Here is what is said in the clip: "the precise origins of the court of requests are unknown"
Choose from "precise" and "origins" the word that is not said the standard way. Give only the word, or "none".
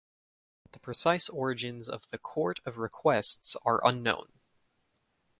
none